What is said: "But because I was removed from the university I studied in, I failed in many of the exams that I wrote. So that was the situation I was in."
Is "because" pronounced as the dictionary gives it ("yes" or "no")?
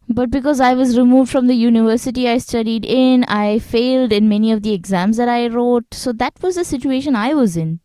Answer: yes